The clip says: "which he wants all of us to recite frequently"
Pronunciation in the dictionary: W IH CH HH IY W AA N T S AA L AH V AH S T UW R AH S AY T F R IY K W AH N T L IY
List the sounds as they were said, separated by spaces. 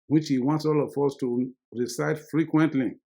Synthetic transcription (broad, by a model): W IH CH HH IY W AA N T S AA L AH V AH S T UW R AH S AY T F R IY K W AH N T L IY